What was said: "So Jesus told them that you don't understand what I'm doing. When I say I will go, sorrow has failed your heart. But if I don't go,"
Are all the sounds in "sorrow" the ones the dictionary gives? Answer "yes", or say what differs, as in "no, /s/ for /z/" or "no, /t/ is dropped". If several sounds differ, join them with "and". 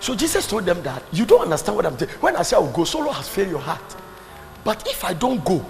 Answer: no, /l/ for /ɹ/